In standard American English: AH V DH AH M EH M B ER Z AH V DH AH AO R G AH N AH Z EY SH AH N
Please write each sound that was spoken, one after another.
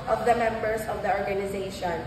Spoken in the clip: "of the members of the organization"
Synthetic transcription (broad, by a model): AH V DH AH M EH M B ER S AH V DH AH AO R G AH N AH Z EY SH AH N